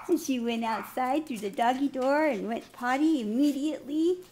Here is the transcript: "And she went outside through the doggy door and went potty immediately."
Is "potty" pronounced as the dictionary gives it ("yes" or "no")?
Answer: yes